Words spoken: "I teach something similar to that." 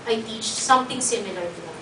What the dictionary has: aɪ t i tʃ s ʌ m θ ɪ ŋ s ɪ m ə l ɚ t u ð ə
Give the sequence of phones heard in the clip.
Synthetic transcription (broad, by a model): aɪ t i tʃ s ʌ m t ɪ ŋ s ɪ m ə l ɚ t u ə